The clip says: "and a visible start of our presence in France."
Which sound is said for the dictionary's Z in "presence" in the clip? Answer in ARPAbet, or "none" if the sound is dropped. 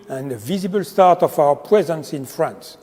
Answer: Z